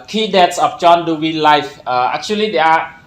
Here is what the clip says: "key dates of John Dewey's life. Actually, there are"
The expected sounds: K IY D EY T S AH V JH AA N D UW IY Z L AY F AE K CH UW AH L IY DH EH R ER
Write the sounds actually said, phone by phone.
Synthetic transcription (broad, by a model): K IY D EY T S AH F JH AA N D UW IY L AY F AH K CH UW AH L IY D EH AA